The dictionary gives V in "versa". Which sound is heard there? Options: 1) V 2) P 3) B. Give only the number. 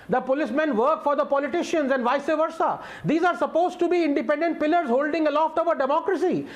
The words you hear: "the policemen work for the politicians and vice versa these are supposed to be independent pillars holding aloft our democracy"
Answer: 1